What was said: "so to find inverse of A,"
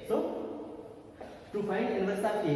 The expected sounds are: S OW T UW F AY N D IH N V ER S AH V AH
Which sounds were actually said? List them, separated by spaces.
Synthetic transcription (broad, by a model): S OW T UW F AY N IH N ER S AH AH